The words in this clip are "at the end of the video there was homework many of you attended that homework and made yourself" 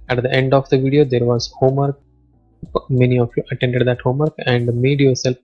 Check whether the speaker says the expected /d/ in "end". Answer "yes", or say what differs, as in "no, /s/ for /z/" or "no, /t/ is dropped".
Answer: yes